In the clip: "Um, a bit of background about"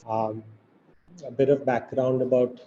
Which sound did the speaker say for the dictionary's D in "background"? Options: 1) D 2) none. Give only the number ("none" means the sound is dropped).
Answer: 1